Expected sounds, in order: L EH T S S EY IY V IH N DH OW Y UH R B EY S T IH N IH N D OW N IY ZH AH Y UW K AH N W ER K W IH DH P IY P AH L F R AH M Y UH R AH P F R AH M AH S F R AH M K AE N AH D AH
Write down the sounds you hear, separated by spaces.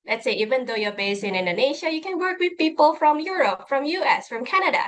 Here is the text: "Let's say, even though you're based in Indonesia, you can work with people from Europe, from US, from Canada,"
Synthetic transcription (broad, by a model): L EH T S S EY IY V IH N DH OW Y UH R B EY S IH N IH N D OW N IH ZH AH Y UW K AH N W ER K W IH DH P IY P AH L F R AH M Y UH R AH P F R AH M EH S F R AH M K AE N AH D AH